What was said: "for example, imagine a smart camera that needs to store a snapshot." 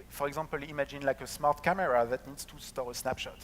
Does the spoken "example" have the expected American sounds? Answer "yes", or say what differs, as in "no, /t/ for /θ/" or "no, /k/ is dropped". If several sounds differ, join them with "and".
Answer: no, /m/ is dropped